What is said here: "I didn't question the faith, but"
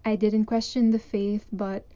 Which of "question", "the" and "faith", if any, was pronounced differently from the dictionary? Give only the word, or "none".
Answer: none